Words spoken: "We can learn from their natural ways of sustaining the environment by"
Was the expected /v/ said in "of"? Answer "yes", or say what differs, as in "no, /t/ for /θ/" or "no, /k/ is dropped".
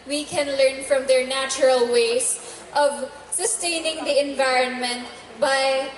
yes